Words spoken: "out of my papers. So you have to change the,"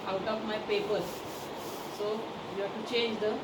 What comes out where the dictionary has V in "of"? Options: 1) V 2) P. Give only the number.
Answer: 2